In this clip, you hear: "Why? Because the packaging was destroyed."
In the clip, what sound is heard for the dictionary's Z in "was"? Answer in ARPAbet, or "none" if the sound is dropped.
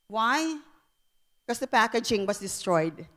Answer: S